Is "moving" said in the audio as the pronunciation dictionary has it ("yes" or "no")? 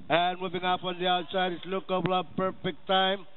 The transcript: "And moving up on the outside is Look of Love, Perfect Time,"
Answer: yes